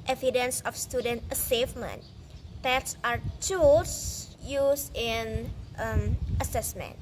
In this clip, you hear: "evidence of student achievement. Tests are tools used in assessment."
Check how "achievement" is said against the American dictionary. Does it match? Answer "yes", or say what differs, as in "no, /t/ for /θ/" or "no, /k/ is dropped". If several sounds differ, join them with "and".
no, /s/ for /tʃ/